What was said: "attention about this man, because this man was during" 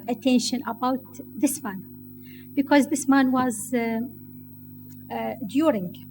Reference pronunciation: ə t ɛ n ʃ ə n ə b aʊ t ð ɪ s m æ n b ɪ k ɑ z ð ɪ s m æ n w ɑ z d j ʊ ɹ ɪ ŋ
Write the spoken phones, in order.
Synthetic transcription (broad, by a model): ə t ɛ n ʃ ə n ə b aʊ t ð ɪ s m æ n b ɪ k ɑ z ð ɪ s m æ n w ɑ z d j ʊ ɹ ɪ ŋ